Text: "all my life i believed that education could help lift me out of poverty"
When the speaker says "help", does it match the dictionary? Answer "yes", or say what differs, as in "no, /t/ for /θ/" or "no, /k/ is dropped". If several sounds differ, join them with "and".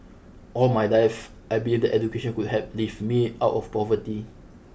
no, /l/ is dropped